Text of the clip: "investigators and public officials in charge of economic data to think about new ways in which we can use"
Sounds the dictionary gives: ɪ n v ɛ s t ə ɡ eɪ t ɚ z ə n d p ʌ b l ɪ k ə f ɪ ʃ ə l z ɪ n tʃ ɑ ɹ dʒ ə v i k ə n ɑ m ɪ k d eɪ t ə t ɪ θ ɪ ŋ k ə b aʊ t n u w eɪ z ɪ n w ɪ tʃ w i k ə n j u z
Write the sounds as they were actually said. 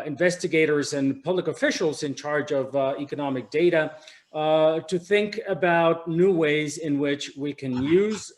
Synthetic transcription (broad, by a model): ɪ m v ɛ s t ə ɡ eɪ t ɚ z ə n p ʌ b l ɪ k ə f ɪ ʃ l z ɪ n tʃ ɑ ɹ dʒ ə v i k ə n ɑ m ɪ k d eɪ t ə t ɪ θ ɪ ŋ k ə b aʊ t n u w eɪ z ɪ n w ɪ tʃ w i k ə n j u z